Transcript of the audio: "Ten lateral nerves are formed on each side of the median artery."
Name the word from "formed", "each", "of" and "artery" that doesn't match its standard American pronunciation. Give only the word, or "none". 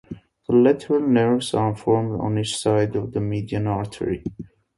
none